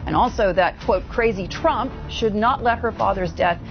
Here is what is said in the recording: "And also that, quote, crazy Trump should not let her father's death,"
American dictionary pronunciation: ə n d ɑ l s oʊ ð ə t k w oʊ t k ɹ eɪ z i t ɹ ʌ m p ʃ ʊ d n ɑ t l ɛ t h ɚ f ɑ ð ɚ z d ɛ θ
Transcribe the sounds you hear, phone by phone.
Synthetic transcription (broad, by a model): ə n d ɑ l s oʊ ð ə t k w oʊ t k ɹ eɪ z i t ɹ ʌ m p ʃ ʊ d n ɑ t l ɛ t h ɚ f ɑ ð ɚ z d ɛ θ